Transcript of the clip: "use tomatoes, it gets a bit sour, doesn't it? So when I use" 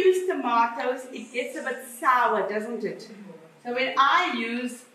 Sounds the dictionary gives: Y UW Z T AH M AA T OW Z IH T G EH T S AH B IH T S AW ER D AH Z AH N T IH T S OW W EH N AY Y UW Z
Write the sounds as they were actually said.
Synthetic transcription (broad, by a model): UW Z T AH M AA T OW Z IH T G EH T S AH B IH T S AW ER D AH Z AH N T IH T S OW W EH N AY Y UW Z